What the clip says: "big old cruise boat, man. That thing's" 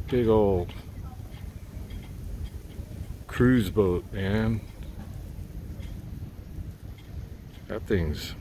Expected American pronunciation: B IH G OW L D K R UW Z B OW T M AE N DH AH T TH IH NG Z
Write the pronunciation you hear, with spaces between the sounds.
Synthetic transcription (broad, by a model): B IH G OW L D K R UW Z B OW T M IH N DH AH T TH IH NG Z